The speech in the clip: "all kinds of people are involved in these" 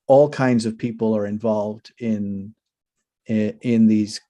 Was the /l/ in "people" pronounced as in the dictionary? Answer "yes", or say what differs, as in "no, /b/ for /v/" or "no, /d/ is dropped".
yes